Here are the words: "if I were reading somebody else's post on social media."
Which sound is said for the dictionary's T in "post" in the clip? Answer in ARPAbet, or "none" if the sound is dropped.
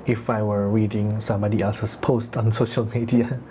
T